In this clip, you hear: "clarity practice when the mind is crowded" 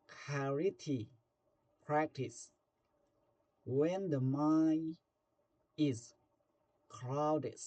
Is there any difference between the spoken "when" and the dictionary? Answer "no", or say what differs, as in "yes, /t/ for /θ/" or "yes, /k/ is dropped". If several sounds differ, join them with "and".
no